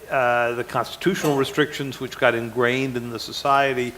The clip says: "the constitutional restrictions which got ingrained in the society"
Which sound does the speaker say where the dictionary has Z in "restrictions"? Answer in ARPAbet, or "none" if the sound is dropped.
Z